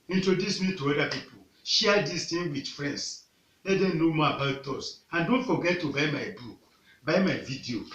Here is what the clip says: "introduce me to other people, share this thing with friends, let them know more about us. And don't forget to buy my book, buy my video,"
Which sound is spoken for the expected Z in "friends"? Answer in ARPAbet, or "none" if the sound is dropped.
S